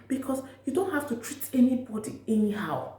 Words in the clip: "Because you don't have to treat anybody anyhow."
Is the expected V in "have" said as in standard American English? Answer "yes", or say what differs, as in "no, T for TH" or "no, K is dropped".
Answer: no, F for V